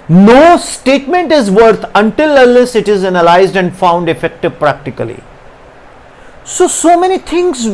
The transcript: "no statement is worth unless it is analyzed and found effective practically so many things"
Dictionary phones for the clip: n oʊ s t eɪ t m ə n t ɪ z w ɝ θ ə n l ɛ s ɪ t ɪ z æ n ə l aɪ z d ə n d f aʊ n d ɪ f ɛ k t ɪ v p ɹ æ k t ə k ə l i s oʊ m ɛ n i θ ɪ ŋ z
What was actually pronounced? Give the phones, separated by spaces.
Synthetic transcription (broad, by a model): n oʊ s t eɪ t m ə n t ɪ z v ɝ t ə n l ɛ s ɪ t ɪ z æ n ə l aɪ z d ə n d f aʊ n d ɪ f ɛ k t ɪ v p ɹ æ k t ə k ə l i s oʊ m ɛ n i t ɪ ŋ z